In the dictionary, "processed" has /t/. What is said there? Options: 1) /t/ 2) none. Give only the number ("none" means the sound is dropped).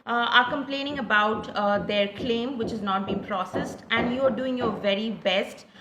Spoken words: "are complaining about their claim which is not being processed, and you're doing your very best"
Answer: 1